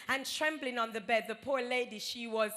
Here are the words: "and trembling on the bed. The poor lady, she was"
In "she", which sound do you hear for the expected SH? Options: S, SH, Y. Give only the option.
SH